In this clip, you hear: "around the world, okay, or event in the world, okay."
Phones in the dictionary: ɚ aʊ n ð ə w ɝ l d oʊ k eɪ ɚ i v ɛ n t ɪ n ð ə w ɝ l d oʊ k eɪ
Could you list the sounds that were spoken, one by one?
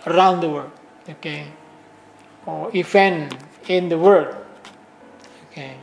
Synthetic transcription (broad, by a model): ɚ aʊ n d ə w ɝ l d oʊ k eɪ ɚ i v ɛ n ɪ n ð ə w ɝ d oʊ k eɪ